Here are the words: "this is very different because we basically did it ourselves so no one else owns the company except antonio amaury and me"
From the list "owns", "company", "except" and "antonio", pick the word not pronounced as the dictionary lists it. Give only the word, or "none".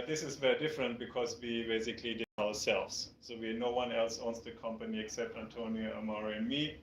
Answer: owns